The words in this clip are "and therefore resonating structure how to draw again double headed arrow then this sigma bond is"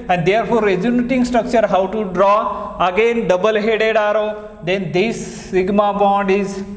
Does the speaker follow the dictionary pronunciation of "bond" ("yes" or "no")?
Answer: yes